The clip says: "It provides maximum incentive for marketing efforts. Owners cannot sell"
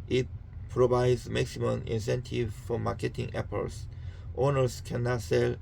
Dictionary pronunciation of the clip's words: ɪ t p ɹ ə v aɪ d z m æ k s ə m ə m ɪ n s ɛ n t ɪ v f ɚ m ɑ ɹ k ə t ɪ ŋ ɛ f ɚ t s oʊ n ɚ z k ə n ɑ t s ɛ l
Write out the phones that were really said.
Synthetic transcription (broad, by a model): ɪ t p ɹ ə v aɪ d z m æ k s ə m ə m ɪ n s ɛ n t ɪ v f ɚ m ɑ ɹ k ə t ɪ ŋ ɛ p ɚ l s oʊ n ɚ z k ə n ɑ t s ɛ l